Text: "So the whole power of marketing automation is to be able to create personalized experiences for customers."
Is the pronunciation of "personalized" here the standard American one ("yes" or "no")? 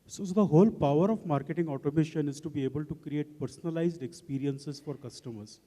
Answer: yes